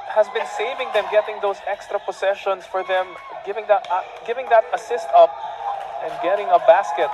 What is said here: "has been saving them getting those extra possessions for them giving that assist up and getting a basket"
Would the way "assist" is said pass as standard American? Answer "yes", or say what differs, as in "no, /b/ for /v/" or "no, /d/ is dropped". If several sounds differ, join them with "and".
yes